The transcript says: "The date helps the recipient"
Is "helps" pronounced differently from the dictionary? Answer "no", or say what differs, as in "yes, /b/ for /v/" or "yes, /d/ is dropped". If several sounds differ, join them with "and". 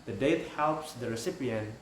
no